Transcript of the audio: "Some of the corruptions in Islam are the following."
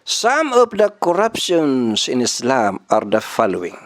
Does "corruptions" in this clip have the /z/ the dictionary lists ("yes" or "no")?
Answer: no